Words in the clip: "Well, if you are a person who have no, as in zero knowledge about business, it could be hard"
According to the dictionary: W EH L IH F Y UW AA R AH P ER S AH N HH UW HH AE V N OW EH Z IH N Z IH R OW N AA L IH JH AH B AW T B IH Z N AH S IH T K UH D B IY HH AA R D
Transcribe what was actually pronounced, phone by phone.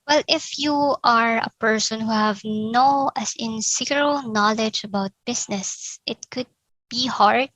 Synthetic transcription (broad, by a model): W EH L IH F Y UW AA R AH P ER S AH N HH UW HH AE V N OW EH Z IH N S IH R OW N AA L IH JH AH B AW T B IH S N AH S IH T K UH D B IY HH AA R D